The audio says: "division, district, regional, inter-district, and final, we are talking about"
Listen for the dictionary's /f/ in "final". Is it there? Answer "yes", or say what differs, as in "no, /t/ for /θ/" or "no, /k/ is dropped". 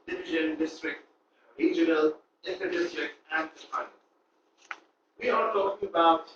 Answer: no, /p/ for /f/